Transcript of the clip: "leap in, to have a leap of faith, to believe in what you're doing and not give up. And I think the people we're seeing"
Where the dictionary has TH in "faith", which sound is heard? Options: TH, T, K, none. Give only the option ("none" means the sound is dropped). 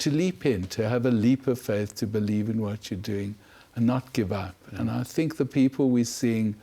TH